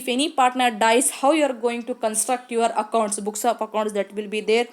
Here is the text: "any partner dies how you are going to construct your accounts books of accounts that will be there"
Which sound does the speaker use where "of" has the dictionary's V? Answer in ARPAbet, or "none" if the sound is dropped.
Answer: P